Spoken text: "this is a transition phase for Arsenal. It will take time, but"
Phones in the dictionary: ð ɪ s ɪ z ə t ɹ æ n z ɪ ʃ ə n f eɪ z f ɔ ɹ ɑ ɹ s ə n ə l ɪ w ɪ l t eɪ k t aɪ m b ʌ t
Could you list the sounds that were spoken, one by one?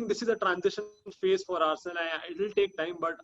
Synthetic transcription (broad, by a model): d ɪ s ɪ z ə t ɹ æ n z ɪ ʃ ə n f eɪ z f ɔ ɹ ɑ ɹ s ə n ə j ɪ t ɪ l t eɪ k t aɪ m b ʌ t